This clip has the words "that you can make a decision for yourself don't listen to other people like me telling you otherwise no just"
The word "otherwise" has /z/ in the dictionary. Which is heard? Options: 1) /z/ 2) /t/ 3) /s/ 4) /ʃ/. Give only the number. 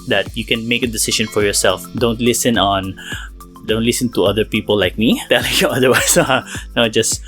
3